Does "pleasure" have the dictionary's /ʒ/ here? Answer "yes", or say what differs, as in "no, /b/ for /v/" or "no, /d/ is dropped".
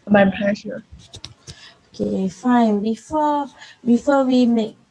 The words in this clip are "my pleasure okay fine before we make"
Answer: no, /ʃ/ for /ʒ/